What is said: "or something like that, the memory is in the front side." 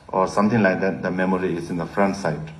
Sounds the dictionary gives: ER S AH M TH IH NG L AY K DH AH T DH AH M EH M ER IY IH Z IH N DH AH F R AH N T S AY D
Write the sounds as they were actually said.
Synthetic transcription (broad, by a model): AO S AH M T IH NG L AY K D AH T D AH M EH M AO IY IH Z IH N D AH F R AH N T S AY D